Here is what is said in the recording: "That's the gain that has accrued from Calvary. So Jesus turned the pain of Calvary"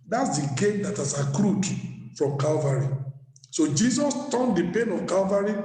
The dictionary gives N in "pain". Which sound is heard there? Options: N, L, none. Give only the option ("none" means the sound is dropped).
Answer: N